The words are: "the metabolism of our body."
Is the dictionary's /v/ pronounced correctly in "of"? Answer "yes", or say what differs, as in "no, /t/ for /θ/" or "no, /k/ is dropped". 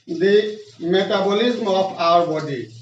no, /p/ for /v/